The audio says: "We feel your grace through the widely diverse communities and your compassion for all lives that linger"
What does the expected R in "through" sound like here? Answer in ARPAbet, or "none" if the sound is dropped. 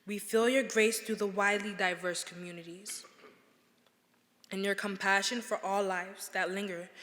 none